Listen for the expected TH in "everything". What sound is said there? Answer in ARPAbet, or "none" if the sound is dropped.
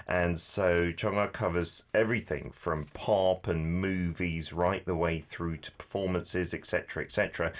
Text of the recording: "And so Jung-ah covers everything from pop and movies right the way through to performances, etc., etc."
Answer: TH